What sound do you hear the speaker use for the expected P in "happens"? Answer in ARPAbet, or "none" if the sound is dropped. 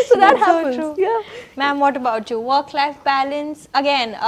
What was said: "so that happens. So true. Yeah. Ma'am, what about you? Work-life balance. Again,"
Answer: none